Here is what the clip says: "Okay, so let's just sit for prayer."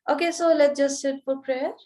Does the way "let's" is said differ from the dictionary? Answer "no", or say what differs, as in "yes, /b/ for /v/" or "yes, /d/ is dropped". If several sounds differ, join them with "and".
yes, /s/ is dropped